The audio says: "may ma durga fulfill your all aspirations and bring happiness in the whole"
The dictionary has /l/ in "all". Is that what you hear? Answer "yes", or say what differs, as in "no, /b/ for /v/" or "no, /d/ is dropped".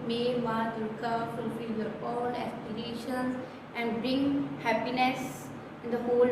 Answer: no, /n/ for /l/